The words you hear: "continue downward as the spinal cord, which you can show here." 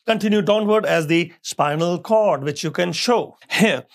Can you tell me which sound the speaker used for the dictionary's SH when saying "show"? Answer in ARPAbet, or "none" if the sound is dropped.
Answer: SH